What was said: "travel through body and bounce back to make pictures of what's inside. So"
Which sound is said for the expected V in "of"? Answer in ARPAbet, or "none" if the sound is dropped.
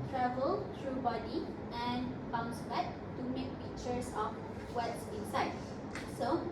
F